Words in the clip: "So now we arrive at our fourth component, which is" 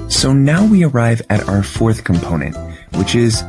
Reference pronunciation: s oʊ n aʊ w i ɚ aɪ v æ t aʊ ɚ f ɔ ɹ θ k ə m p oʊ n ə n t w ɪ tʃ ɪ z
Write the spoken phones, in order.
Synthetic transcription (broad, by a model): s oʊ n aʊ w i ɚ aɪ v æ t aʊ ɚ f ɔ ɹ θ k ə m p oʊ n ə n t w ɪ tʃ ɪ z